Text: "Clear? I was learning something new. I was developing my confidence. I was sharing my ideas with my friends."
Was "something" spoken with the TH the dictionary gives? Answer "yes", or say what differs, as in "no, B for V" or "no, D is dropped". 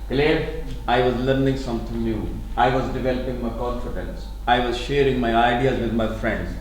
no, T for TH